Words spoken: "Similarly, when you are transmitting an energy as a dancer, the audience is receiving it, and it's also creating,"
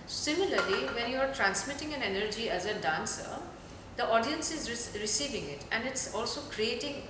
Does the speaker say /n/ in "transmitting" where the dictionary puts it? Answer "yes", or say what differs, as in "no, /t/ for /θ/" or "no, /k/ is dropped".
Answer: yes